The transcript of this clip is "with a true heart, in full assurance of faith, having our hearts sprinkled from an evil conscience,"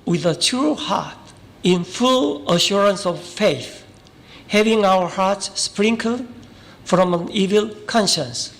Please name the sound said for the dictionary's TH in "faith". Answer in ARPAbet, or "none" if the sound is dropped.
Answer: TH